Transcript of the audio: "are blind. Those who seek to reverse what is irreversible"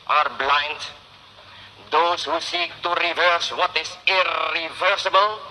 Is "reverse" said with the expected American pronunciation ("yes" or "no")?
yes